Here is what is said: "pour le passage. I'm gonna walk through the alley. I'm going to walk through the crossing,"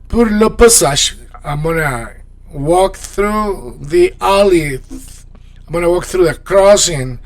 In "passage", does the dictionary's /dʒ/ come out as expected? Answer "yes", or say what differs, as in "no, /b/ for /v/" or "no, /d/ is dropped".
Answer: no, /ʃ/ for /dʒ/